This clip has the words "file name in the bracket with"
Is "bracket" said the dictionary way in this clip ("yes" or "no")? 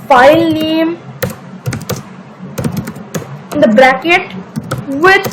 yes